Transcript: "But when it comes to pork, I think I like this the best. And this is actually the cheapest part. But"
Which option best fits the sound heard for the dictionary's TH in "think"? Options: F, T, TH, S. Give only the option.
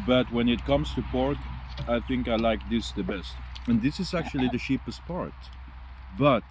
TH